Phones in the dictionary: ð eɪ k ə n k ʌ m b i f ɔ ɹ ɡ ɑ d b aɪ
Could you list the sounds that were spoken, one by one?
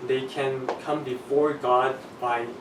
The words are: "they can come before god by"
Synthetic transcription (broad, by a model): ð eɪ k ə n k ʌ m b i f ɔ ɹ ɡ ɑ d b aɪ